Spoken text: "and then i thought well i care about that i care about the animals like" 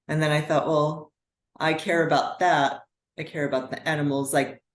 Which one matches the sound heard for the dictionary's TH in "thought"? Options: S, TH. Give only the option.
TH